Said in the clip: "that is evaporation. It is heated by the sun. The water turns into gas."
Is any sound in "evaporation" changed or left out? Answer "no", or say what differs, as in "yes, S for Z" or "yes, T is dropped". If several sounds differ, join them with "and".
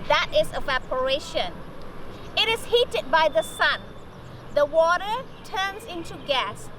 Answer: no